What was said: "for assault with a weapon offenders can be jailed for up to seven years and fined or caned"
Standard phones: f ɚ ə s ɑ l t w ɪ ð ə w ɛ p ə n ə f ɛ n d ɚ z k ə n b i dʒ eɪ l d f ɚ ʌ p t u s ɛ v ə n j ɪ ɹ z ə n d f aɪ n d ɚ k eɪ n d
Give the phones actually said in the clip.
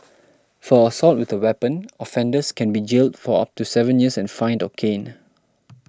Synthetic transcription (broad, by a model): f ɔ ə s ɑ l t w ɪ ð ə w ɛ p ə n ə f ɛ n d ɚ s k ə n b i dʒ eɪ l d f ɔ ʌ p t u s ɛ v ə n j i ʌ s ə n f aɪ n d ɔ k eɪ n